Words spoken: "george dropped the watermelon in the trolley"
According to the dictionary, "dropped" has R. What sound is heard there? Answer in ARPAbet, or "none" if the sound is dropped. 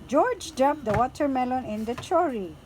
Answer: none